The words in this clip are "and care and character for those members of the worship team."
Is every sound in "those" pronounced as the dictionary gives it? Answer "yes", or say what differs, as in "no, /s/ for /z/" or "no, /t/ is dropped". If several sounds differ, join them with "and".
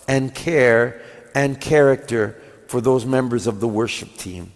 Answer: yes